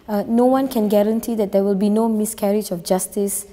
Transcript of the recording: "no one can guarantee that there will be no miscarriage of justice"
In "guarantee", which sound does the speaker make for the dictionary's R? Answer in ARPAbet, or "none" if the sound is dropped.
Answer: R